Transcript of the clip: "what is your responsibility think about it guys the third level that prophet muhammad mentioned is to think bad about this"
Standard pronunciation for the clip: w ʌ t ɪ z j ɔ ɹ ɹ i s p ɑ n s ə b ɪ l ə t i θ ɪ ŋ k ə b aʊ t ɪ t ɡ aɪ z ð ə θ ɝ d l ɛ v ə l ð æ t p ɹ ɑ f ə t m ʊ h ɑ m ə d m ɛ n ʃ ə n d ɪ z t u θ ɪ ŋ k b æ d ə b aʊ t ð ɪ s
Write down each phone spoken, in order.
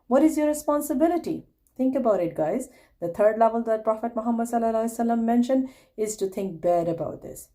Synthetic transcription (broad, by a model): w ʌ t ɪ z j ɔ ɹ ɹ i s p ɑ n s ə b ɪ l ə t i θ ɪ ŋ k ə b aʊ t ɪ t ɡ aɪ z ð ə t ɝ d l ɛ v ə l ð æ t p ɹ ɑ f ə t m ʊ h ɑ m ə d m ɛ n ʃ ə n d ɪ z t u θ ɪ ŋ k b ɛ d ə b aʊ t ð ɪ s